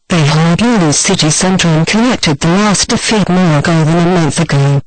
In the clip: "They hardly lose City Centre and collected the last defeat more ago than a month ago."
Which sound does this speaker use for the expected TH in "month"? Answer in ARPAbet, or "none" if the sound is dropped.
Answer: TH